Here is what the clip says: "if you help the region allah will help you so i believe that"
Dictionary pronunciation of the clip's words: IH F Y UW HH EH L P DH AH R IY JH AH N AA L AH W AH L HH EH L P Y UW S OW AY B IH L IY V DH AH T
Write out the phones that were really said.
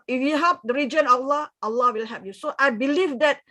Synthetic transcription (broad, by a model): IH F Y UW HH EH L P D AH R IY JH AH N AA L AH W AH L HH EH P Y UW S OW AY B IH L IY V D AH T